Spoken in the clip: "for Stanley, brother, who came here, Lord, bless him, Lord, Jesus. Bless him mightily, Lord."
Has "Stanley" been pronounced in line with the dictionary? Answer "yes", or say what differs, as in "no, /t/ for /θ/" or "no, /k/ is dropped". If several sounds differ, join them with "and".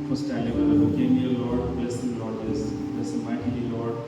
no, /n/ is dropped